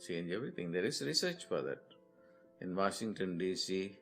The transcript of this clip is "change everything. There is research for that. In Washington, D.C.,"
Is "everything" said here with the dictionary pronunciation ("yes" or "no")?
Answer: no